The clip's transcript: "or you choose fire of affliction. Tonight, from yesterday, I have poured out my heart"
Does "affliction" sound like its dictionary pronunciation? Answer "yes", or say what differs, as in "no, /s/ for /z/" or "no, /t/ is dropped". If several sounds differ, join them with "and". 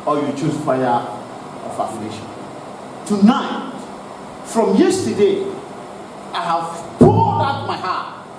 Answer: no, /k/ is dropped